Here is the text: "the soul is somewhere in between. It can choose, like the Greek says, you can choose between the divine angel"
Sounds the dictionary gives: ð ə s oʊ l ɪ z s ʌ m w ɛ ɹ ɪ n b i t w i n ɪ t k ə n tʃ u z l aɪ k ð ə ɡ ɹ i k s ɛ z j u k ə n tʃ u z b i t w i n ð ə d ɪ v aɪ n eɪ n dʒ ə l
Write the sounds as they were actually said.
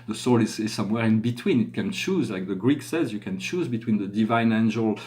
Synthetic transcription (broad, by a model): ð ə s oʊ l ɪ z s ʌ m w ɛ ɹ ɪ n b i t w i n ɪ t k ə n tʃ u z l aɪ k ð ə ɡ ɹ i k s ɛ z j u k ə n tʃ u z b i t w i n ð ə d ɪ v aɪ n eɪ n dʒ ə l